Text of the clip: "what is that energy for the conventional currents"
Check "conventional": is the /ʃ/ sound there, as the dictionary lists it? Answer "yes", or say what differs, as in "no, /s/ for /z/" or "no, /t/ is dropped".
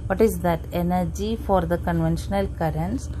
yes